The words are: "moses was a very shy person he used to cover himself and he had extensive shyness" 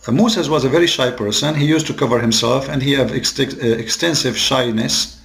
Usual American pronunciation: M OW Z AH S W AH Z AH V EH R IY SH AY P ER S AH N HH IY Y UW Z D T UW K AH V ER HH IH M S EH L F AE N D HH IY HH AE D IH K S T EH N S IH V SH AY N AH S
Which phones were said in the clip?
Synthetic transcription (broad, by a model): M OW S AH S W AH Z AH V EH R IY SH AY P ER S AH N HH IY Y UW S T UW K AH V ER HH IH M S EH L F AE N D HH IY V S IH K S T EH N S IH V SH AY N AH S